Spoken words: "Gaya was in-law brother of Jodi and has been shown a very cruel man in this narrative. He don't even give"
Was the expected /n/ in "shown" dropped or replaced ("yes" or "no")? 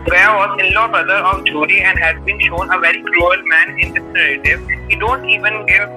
no